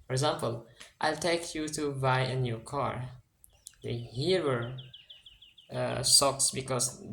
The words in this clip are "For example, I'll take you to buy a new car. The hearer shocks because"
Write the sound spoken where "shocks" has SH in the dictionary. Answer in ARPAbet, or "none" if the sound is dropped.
S